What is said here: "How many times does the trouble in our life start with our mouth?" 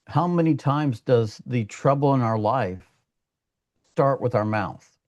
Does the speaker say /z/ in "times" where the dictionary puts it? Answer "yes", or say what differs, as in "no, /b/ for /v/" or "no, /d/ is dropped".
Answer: yes